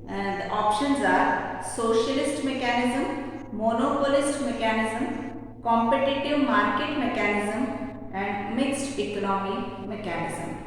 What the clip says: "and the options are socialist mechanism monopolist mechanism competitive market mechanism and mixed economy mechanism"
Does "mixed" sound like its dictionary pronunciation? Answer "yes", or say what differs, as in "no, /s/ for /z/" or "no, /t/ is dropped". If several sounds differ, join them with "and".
yes